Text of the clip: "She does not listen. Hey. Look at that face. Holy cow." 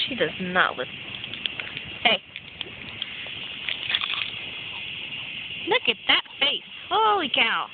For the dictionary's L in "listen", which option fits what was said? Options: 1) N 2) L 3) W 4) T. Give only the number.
3